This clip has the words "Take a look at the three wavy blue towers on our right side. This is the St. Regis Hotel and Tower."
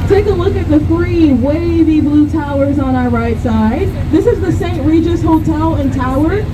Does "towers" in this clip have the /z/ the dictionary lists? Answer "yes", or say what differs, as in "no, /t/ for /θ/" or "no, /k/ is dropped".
yes